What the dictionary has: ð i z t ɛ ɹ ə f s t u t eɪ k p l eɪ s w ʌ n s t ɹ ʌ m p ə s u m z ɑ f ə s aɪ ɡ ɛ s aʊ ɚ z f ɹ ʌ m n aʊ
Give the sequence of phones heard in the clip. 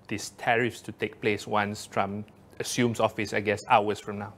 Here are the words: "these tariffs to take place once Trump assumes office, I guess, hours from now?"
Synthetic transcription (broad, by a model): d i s t ɛ ɹ ə f s t u t eɪ k p l eɪ s w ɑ n s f ɹ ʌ m ə s u m s ɑ f ə s aɪ ɡ ɛ s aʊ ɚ s f ɹ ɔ m n aʊ